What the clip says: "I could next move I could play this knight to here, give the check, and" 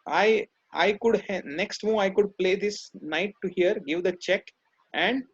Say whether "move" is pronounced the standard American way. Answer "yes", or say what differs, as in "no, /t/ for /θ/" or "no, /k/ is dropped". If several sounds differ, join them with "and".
no, /v/ is dropped